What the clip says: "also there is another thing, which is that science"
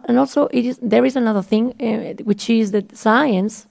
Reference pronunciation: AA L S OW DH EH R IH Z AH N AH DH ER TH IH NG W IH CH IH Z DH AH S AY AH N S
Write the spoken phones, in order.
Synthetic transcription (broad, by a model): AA L S OW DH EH R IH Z AH N AH DH ER TH IH NG W IH CH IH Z DH AH S AY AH N S